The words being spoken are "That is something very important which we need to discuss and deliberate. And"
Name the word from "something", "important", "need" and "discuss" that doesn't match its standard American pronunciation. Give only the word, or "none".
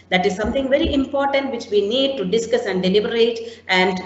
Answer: something